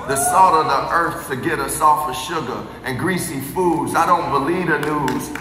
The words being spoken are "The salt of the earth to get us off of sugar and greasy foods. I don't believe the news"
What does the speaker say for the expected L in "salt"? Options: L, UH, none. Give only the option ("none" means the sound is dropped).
none